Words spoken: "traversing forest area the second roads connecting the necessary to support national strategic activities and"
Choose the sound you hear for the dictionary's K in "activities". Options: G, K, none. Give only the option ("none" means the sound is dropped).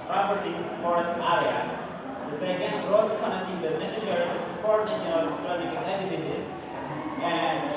none